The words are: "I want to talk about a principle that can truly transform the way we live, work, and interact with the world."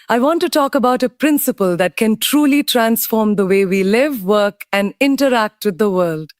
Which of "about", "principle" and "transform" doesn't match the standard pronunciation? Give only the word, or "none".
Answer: none